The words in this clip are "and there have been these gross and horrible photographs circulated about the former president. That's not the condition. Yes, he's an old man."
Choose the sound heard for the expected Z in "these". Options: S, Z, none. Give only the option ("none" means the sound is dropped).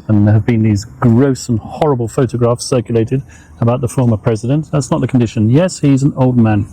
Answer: Z